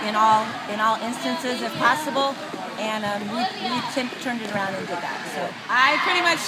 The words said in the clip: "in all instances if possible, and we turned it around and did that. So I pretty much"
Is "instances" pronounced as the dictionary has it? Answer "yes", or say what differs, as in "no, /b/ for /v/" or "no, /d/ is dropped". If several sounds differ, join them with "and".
yes